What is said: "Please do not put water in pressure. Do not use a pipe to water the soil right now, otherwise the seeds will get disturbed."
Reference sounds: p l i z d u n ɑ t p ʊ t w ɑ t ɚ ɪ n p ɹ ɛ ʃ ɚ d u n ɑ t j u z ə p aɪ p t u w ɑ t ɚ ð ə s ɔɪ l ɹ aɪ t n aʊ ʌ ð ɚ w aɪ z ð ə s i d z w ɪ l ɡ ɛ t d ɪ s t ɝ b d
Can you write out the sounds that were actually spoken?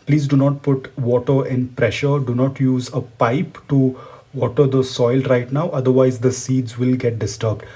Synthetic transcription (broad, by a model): p l i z d u n ɑ t p ʊ t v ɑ t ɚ ɪ n p ɹ ɛ ʃ ɚ d u n ɑ t j u z ə p aɪ p t u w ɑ t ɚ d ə s ɔɪ l ɹ aɪ t n aʊ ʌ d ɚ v aɪ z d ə s i d z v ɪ l ɡ ɛ t d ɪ s t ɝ b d